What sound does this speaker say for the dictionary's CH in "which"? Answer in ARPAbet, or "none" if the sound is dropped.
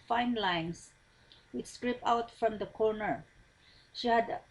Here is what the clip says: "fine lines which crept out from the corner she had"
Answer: S